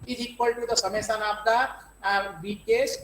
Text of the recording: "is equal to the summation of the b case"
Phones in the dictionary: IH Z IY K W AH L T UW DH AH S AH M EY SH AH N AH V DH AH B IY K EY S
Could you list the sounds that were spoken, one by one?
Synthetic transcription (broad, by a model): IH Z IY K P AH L T UW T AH S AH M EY S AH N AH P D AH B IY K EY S